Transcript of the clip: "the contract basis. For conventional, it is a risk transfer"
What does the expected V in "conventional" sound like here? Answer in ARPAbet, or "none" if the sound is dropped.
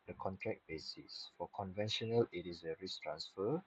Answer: V